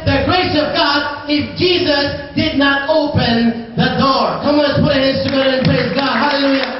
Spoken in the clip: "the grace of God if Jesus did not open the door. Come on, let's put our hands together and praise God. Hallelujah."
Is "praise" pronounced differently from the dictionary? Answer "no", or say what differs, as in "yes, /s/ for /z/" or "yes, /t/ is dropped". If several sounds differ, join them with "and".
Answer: no